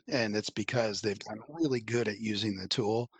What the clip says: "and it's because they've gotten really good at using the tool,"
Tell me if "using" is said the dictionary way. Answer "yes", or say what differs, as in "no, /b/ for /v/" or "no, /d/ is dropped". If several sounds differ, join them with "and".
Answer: yes